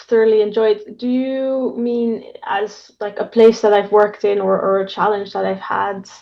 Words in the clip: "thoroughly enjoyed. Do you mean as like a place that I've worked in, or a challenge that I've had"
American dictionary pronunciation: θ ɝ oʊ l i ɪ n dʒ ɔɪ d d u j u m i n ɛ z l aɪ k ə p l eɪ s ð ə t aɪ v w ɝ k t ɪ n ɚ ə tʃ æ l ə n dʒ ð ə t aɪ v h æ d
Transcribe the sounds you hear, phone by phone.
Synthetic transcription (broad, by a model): θ ɝ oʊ l i ɪ n dʒ ɔɪ d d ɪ j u m i n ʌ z l aɪ k ə p l eɪ s ð ə t aɪ v w ɝ k t ɪ n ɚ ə tʃ æ l ə n dʒ ð ə t aɪ v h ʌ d